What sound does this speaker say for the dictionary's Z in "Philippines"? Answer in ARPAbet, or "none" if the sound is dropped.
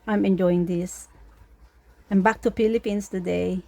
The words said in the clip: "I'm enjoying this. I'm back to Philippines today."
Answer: S